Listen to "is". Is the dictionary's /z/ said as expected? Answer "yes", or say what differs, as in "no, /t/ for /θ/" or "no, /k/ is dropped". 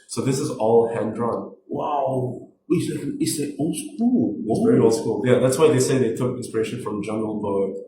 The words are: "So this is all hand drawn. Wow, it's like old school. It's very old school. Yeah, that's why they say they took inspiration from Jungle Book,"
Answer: yes